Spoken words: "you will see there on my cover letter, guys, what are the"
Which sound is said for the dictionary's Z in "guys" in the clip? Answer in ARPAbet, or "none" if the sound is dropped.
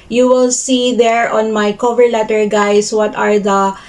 S